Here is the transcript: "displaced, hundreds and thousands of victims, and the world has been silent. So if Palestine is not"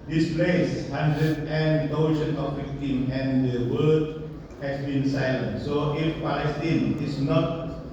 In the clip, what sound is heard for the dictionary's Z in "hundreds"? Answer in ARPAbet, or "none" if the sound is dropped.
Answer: none